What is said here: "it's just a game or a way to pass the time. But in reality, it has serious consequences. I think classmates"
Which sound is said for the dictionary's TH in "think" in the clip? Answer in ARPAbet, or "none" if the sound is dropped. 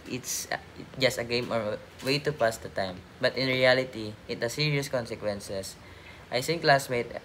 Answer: S